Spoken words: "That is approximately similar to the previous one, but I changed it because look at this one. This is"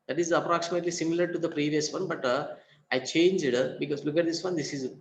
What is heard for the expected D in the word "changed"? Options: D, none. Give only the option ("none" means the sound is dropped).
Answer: D